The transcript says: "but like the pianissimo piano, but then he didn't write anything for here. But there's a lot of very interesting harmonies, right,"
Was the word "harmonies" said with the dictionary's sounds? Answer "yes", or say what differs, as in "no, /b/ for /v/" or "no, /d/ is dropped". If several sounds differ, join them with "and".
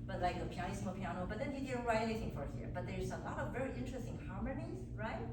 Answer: yes